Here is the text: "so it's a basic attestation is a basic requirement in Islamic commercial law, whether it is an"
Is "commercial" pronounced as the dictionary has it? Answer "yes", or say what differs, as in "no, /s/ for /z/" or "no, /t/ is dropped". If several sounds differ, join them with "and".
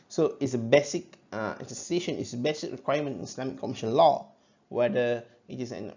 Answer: no, /n/ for /l/